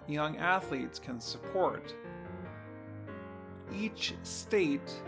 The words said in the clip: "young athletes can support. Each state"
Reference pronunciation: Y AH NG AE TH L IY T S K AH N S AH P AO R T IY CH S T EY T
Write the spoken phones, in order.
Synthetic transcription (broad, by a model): Y AH NG AE TH L IY T S K AH N S AH P AO R T IY CH S T EY T